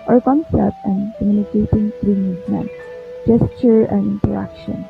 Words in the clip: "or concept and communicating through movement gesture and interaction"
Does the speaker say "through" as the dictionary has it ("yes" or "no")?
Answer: no